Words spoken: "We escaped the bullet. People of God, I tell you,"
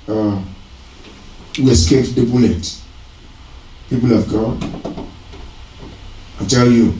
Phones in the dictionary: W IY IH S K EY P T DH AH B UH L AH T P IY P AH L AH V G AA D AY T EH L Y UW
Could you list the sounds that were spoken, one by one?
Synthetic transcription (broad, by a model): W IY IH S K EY T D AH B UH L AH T P IY P AH L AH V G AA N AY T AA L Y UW